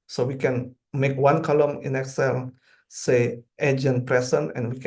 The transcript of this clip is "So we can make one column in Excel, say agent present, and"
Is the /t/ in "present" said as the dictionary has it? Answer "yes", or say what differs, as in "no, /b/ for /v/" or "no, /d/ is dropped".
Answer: no, /t/ is dropped